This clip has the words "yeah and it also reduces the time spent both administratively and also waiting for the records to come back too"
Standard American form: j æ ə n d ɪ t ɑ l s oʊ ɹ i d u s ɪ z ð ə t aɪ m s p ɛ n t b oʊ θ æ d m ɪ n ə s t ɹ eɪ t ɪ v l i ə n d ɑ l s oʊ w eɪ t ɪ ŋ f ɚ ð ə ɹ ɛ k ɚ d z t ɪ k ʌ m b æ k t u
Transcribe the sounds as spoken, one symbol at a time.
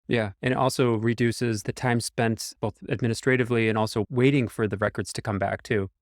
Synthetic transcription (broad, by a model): j æ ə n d t ɑ l s oʊ ɹ i d u s ɪ z ð ə t aɪ m s p ɛ n t b oʊ θ æ d m ɪ n ə s t ɹ eɪ t ɪ v l i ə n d ɑ l s oʊ w eɪ t ɪ ŋ f ɚ ð ə ɹ ɛ k ɚ d z t ɪ k ʌ m b æ k t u